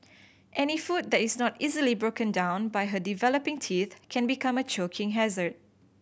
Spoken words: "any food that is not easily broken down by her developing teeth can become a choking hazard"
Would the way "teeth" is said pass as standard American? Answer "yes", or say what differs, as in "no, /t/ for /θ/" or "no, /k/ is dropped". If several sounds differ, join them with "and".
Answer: yes